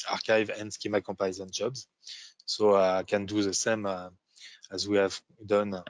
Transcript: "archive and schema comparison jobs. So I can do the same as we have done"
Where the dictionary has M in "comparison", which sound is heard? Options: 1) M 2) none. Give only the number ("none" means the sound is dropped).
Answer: 2